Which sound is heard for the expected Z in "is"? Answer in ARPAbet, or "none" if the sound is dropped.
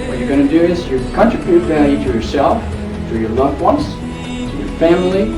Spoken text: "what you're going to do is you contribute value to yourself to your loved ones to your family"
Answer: S